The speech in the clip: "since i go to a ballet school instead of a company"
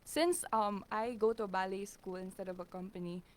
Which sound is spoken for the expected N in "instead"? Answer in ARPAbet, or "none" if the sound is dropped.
N